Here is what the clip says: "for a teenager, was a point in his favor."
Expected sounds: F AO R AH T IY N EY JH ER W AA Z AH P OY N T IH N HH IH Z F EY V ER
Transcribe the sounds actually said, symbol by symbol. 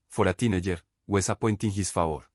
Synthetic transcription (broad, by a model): F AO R AH T IY N EY JH ER W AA S AH P OY N T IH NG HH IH S F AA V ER